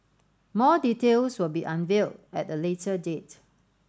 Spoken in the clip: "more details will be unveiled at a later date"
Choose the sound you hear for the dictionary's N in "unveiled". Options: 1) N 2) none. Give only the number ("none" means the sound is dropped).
1